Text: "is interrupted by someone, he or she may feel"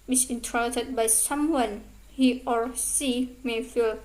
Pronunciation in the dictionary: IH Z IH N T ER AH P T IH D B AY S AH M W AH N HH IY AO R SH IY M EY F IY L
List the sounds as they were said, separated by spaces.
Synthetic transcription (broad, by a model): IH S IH N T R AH T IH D B AY S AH M W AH N HH IY AO R S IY M EY F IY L